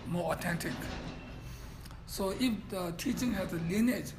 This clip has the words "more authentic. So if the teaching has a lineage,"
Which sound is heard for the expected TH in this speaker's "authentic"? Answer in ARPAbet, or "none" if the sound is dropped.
T